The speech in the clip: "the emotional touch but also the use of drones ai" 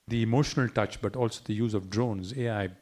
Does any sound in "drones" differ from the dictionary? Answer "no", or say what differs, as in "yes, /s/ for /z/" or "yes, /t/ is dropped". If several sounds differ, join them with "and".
no